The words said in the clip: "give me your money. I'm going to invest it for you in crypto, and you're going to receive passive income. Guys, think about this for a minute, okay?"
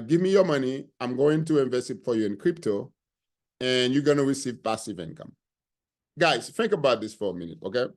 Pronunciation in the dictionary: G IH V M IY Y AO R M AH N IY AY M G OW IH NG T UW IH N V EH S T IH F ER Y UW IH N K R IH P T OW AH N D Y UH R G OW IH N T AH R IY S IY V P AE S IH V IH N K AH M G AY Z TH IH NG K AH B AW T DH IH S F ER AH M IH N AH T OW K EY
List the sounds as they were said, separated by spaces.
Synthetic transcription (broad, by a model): G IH V M IY Y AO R M AH N IY AY M G OW IH NG T UW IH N V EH S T IH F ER Y UW IH N K R IH P T OW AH N Y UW G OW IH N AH R IY S IY V P AE S IH V IH N K AH M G AY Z TH IH NG K AH B AW T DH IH S F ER AH M IH N AH T OW K EY